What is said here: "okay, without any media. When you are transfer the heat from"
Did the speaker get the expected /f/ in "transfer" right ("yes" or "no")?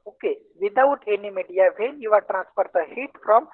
no